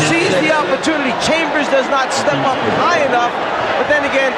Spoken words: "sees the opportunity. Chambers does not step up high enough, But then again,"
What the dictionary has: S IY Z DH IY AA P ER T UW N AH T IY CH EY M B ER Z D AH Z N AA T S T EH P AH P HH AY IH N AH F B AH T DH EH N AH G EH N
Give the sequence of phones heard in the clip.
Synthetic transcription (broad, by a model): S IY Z DH IY AA P ER T UW N AH T IY CH EY M B ER Z D AH Z N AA T S T EH P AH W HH AY IH N AH F B AH T DH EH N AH G EH N